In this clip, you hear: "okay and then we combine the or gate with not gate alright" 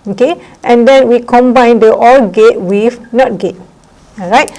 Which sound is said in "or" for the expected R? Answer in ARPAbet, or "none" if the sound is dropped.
L